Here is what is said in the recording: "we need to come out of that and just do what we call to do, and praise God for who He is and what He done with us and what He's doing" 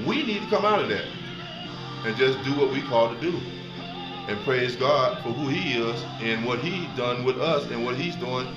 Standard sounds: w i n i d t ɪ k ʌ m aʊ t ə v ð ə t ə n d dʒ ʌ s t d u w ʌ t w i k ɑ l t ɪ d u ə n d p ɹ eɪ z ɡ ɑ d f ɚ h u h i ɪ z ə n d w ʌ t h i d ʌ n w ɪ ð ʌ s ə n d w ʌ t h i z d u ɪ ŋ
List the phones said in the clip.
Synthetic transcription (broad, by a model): w i n i d t ɪ k ʌ m aʊ t ə v ð ə t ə n dʒ ʌ s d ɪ w ʌ t w i k ɑ l t ɪ d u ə n p ɹ eɪ z ɡ ɑ d f ɚ h u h i ɪ z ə n w ʌ t h i d ʌ n w ɪ ð ʌ s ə n w ʌ t h i z d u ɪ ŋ